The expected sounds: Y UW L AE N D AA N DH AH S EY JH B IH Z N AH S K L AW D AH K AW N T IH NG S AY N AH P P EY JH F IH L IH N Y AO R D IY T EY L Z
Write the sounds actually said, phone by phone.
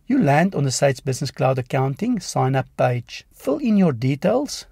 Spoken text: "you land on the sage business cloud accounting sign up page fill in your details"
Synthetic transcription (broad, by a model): Y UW L AE N D AA N DH AH S EY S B IH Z N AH S K L AW D AH K AW N T IH NG S AY N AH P P EY JH F IH L IH N Y AO R D IY T EY L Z